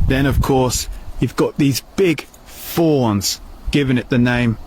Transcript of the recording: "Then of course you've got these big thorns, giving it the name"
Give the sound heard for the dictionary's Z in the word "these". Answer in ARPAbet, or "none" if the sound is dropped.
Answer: Z